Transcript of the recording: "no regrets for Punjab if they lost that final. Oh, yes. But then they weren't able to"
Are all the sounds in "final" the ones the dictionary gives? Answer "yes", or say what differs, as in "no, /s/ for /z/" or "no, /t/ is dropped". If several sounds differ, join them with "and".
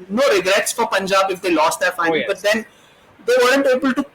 no, /n/ is dropped